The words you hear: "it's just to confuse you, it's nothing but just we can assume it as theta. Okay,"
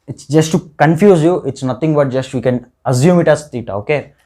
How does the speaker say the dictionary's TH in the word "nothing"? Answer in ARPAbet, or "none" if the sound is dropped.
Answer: T